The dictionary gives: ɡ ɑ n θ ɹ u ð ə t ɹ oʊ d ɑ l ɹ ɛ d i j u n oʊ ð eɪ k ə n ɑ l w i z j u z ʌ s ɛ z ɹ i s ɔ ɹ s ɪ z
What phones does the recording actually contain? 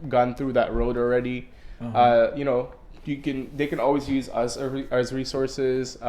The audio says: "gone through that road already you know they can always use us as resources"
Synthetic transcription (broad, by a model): ɡ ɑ n θ ɹ u ð ə t ɹ oʊ d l ɹ ɛ d i j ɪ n oʊ ð eɪ k ə n ɑ l w i z j u z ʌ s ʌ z ɹ i s ɔ ɹ s ɪ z